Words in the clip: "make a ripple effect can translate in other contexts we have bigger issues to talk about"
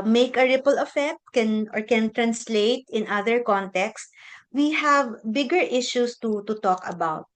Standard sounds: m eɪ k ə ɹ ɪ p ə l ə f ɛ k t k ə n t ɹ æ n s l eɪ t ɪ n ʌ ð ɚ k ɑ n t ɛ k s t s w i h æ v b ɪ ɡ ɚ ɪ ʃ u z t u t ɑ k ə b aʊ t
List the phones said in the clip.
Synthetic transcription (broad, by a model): m eɪ k ə ɹ ɪ p ə l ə f ɛ k t k ə n t ɹ æ n s l eɪ t ɪ n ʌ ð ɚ k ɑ n t ɛ k s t w i h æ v b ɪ ɡ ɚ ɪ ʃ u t t u t ɑ k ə b aʊ t